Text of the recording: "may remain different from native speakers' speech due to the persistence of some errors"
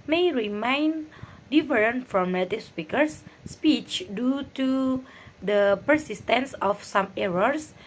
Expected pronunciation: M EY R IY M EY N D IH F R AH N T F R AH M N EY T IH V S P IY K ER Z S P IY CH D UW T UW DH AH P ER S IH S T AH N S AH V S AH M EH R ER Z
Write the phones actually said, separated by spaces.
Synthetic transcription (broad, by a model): M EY R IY M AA N D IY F R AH N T F R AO M L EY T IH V S P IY K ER S P IY CH D UW T UW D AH P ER S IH S T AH N S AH F S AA M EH R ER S